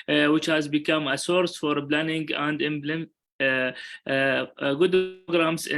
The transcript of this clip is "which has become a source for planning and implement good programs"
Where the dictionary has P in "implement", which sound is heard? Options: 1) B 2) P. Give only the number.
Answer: 1